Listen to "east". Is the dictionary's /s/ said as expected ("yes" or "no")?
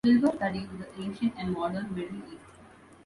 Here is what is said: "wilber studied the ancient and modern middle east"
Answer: no